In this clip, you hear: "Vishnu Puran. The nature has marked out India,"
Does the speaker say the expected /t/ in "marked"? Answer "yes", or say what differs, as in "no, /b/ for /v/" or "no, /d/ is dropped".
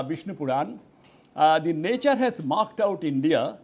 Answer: yes